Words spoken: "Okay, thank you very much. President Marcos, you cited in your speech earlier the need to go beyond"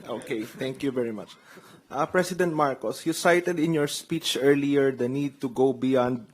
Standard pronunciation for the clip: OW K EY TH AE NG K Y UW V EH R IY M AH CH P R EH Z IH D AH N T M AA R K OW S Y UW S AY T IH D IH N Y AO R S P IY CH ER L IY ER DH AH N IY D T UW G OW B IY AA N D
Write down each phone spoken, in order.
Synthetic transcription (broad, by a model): OW K EY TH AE NG K Y UW V EH R IY M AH CH P R EH S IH D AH N T M AA R K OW S Y UW S AY T IH D IH N Y AO R S P IY CH ER L IY ER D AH N IY D T UW G OW B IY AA N D